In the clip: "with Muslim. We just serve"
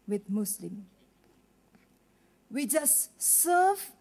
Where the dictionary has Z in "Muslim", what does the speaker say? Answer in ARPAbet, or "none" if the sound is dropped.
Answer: S